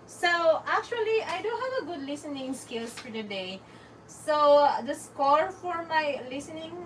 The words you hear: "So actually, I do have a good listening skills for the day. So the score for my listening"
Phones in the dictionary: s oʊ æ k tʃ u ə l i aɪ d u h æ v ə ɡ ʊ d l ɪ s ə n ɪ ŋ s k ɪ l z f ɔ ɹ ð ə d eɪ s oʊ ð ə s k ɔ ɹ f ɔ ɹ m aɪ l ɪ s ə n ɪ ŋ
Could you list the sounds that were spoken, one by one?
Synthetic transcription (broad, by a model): s oʊ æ k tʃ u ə l i aɪ d u h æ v ə ɡ ʊ d l ɪ s ə n ɪ ŋ s k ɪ l s f ɔ ɹ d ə d eɪ s oʊ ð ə s k ɔ ɹ f ɔ ɹ m aɪ l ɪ s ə n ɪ ŋ